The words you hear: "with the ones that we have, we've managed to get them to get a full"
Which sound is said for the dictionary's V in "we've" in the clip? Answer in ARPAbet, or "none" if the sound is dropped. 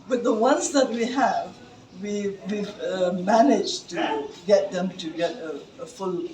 W